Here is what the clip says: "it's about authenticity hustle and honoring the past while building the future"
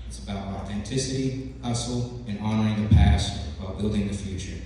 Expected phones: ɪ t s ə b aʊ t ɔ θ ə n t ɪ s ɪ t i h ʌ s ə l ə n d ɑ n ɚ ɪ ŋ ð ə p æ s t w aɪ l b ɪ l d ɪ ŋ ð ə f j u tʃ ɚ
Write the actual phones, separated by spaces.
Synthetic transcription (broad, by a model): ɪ t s ə b aʊ t ɔ θ ə n t ɪ s ɪ t i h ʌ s l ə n ɑ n ɚ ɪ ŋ ð ə p æ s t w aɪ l b ɪ l d ɪ ŋ ð ə f j u tʃ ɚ